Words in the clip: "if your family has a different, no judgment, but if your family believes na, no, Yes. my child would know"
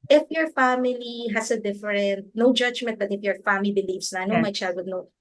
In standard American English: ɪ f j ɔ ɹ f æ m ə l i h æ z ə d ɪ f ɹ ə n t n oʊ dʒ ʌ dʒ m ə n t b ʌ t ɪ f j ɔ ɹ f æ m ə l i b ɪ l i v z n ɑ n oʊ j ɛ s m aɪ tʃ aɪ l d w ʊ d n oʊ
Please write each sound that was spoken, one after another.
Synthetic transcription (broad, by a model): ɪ f j ɔ ɹ f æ m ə l i h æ s ə d ɪ f ɹ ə n t n oʊ dʒ ʌ dʒ m ə n t b ʌ t ɪ f j ɔ ɹ f æ m ə l i b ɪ l i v s n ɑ n oʊ m aɪ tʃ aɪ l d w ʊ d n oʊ